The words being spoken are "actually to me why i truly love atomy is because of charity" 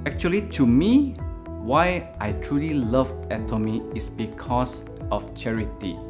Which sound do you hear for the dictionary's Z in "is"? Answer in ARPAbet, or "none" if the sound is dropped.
S